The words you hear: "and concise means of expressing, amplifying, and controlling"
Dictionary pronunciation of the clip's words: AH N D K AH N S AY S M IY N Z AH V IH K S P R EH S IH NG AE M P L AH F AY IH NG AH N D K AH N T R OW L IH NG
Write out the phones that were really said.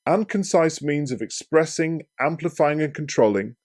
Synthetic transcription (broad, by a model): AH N K AH N S AY S M IY N Z AH V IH K S P R EH S IH NG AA M P L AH F AY IH NG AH N K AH N T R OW L IH NG